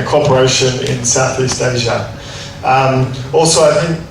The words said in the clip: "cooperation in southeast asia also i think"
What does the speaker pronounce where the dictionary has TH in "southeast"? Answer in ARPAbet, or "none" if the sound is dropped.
TH